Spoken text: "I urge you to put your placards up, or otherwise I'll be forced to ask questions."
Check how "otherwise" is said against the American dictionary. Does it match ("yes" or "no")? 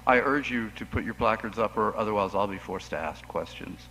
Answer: yes